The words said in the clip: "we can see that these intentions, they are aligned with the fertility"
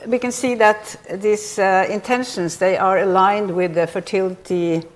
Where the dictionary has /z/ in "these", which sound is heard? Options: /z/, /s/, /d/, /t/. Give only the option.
/s/